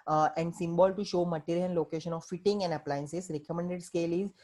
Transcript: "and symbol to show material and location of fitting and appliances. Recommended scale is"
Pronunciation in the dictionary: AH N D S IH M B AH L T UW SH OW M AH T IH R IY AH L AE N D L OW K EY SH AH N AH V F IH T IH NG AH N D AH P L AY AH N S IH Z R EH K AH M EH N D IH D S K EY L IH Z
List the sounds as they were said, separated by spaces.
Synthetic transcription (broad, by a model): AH N D S IH M B AH L T UW SH OW M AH T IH R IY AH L L OW K EY SH AH N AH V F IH T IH NG AH N D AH P L AY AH N S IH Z R EH K AH M EH N D IH D S K EY L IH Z